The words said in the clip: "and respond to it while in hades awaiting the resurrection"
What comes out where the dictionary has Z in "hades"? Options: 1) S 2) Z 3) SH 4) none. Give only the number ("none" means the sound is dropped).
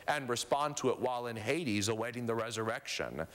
2